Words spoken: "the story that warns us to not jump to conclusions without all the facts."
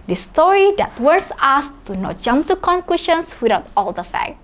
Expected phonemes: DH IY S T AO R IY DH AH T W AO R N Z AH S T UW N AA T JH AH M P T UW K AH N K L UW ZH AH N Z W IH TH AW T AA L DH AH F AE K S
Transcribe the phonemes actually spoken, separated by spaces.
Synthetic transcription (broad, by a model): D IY S T AO R IY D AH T W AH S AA S T UW N AA T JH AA M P T UW K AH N K L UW SH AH N S W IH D AW T AA L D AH F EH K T